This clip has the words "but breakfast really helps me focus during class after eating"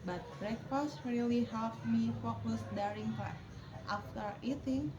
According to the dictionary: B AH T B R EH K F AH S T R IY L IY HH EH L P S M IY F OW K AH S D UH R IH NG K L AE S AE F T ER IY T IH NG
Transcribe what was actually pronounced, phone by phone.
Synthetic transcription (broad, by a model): B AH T B R EH K F AH S T R IY L IY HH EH L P M IY F OW K AH S D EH R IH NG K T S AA F T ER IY T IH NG